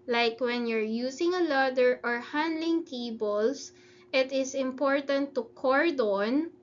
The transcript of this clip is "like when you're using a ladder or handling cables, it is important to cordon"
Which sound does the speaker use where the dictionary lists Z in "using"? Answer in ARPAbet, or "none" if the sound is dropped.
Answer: S